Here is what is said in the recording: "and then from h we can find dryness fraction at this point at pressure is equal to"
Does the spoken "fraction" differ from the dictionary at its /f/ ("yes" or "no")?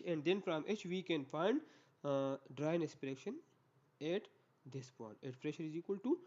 yes